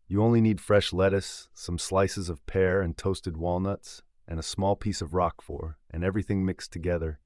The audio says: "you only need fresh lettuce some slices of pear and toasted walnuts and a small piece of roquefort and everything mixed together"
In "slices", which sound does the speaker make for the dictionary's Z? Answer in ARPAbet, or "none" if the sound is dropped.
Z